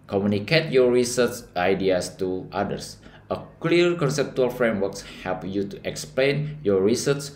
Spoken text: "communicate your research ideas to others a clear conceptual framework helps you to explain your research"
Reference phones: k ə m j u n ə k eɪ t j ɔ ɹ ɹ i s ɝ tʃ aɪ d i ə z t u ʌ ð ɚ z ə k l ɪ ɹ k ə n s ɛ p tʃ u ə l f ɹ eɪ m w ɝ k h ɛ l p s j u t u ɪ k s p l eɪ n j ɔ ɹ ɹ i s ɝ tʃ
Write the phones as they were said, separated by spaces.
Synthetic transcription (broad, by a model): k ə m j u n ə k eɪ t j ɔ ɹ ɹ i s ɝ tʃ aɪ d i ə s t u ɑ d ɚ s ə k l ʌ ɹ k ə n s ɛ p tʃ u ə l f ɹ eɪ m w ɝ k h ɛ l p j u t u ɪ k s p l eɪ n j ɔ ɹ ɹ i s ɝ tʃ